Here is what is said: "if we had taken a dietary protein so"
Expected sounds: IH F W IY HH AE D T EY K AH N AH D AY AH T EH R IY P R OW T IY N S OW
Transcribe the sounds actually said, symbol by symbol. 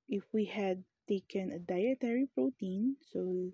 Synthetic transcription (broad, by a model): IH F W IY HH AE D T EY K AH N AH D AY AH T EH R IY P R OW T IY N S OW